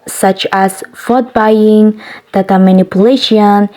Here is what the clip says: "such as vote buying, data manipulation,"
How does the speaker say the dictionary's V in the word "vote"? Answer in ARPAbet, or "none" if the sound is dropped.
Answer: F